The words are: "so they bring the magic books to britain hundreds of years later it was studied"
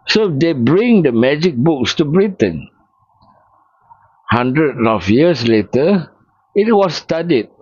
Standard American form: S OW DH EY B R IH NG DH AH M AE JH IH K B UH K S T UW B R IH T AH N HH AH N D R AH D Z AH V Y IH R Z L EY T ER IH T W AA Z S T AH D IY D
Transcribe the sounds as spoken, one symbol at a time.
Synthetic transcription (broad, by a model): S OW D EY B R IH NG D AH M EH JH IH K B UH K S T UW B R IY T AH N HH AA N D R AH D AH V Y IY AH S L EY T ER IH T W AA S T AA D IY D